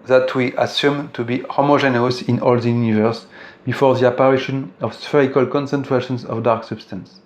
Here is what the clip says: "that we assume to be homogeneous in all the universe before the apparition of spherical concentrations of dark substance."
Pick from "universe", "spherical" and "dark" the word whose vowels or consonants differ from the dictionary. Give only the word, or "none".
none